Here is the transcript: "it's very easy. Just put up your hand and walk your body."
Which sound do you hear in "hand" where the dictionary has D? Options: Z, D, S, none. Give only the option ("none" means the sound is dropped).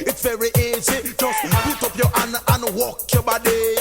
none